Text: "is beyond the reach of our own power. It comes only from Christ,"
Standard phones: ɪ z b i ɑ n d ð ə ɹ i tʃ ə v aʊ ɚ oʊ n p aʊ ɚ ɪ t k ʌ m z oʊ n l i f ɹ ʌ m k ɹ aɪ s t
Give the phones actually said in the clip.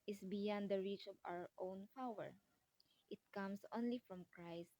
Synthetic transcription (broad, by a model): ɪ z b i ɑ n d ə ɹ i tʃ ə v aʊ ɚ oʊ n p aʊ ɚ ɪ t k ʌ m s oʊ n l i f ɹ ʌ m k ɹ aɪ s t